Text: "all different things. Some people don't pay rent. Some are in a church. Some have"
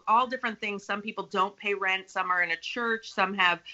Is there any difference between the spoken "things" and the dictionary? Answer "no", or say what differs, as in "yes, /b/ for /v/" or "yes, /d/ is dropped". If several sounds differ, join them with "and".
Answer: no